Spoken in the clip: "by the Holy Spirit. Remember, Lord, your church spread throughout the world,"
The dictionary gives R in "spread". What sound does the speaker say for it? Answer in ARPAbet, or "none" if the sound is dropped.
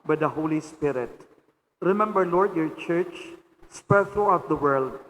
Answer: none